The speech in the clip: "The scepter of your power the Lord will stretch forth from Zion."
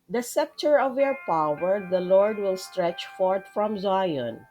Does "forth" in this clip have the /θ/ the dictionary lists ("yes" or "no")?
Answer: no